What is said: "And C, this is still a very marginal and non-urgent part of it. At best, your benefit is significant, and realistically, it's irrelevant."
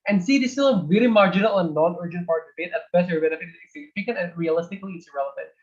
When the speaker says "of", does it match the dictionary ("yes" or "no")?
no